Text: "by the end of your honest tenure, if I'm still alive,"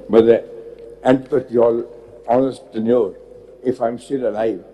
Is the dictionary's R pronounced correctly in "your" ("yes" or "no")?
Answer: no